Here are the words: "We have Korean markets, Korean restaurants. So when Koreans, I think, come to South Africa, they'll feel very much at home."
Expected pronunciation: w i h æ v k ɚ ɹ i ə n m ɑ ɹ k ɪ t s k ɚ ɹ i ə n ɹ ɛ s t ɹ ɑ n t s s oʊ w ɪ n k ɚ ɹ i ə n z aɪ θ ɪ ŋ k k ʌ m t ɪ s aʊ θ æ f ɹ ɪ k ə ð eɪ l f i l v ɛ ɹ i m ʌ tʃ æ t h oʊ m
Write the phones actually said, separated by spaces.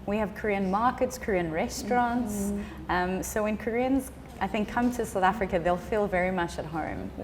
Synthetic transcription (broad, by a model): w i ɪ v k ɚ ɹ i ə n m ɑ ɹ k ɪ t s k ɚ ɹ i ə n ɹ ɛ s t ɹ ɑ n t s s oʊ w ɪ n k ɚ ɹ i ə n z aɪ θ ɪ ŋ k k ʌ m t ɪ s aʊ θ æ f ɹ ɪ k ə ð eɪ l f i l v ɛ ɹ i m ʌ tʃ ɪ t h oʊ m